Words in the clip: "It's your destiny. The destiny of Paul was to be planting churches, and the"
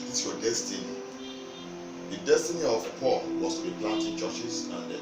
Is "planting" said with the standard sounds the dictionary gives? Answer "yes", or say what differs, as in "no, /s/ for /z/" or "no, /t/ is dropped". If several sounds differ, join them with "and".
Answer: no, /n/ is dropped